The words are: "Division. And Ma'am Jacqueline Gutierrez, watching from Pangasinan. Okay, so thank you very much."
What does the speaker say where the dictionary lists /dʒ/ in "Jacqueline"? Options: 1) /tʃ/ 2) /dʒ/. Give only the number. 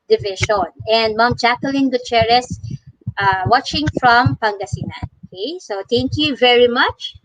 1